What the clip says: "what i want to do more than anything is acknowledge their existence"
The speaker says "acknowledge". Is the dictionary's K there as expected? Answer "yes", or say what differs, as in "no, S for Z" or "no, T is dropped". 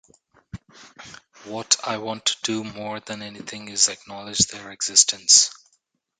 yes